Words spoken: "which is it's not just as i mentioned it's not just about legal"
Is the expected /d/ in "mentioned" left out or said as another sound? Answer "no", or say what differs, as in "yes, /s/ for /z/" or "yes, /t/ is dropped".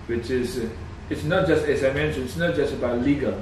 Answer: yes, /d/ is dropped